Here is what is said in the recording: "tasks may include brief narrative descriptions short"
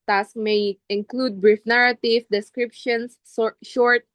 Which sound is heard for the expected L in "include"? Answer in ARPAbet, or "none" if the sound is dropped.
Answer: L